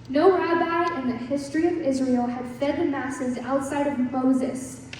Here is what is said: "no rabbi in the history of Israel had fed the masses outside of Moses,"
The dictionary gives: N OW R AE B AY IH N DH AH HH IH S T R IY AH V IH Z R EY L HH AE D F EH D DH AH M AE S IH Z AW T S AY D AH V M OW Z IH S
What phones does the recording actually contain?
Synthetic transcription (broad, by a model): N OW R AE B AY IH N DH AH HH IH S T R IY AH V IH Z R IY L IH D F EH D DH AH M AE S IH Z AW T S AY D AH V M OW Z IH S